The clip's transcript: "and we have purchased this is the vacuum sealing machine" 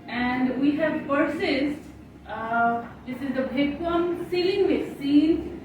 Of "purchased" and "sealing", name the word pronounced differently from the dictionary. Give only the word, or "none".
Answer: purchased